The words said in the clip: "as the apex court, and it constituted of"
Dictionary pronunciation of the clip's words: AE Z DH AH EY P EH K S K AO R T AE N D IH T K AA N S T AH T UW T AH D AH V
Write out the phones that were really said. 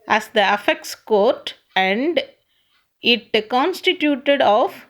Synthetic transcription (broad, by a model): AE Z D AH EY F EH K S K AO R T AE N D IH T K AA N S T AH T UW T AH D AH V